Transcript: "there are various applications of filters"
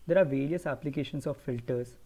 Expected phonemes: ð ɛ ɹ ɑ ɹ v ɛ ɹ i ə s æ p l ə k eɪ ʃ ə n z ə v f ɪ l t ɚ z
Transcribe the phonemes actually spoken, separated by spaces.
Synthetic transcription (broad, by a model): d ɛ ɹ ɑ ɹ v ɛ ɹ i ə s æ p l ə k eɪ ʃ ə n s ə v f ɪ l t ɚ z